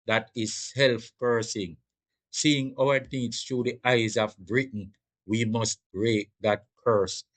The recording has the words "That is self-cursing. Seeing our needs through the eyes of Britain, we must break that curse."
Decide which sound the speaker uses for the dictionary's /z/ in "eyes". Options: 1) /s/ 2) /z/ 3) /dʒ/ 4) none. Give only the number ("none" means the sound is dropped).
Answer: 2